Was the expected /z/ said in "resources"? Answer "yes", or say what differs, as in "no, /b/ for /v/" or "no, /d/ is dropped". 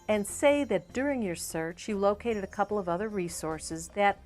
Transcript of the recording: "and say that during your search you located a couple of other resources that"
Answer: yes